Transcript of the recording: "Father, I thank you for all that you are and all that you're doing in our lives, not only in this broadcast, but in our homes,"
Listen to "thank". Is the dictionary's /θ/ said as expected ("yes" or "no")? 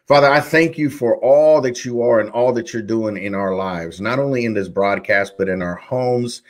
yes